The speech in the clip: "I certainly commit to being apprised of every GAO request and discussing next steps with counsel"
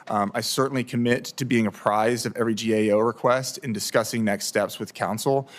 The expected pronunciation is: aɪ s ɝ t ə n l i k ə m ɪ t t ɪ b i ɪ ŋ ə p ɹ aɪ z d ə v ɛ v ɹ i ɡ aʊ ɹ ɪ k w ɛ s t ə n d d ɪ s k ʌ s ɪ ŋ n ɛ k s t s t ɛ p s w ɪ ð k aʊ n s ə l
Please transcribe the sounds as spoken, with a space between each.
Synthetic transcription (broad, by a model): aɪ s ɝ t n l i k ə m ɪ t t ɪ b i ɪ ŋ ə p ɹ aɪ z d ə v ɛ v ɹ i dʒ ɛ ɹ ɪ k w ɛ s t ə n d d ɪ s k ʌ s ɪ ŋ n ɛ k s t s t ɛ p s w ɪ ð k aʊ n s l